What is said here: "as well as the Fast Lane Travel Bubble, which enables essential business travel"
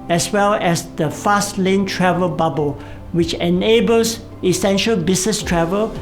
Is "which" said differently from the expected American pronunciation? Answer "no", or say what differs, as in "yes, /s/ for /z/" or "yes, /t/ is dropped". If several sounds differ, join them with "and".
no